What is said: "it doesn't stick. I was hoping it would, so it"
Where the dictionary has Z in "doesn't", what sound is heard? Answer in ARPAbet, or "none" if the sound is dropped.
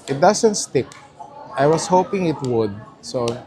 S